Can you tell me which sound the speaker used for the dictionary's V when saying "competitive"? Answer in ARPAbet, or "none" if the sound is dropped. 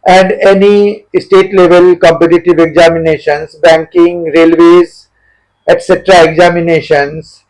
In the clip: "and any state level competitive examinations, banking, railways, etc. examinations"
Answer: V